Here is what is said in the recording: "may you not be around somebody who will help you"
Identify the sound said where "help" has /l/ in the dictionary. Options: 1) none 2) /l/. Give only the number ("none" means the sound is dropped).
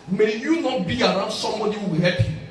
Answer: 1